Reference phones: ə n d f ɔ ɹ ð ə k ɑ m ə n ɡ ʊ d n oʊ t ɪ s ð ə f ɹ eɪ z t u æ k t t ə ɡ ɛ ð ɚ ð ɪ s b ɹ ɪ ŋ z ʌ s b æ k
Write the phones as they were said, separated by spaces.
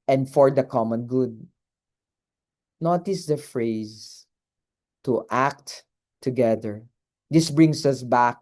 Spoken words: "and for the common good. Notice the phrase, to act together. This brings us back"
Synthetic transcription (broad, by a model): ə n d f ɔ ɹ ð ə k ɑ m ə n ɡ ʊ d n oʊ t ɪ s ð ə f ɹ eɪ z t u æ k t t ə ɡ ɛ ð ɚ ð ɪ s b ɹ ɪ ŋ s ʌ s b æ k